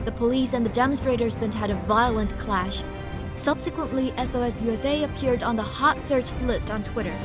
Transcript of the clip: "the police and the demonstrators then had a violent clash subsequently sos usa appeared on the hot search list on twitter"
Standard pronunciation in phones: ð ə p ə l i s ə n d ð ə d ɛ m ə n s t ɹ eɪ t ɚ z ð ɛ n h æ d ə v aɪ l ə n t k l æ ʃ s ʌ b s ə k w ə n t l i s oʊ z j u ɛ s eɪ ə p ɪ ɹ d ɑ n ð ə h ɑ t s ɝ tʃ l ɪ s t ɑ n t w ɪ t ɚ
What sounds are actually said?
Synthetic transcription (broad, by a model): ð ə p ə l i s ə n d ð ə d ɛ m ə n s t ɹ eɪ t ɚ z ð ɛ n h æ d ə v aɪ l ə n k l æ ʃ s ʌ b s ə k w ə n t l i s oʊ s j u ɛ s eɪ ə p ɪ ɹ d n ð ə h ɑ t s ɝ tʃ l ɪ s t n t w ɪ t ɚ